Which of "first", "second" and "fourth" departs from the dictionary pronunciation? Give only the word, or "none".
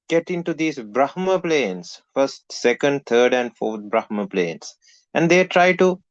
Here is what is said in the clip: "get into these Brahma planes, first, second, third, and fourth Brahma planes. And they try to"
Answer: fourth